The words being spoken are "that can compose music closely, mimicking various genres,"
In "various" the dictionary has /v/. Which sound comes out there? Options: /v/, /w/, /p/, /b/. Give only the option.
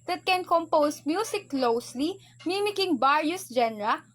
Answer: /b/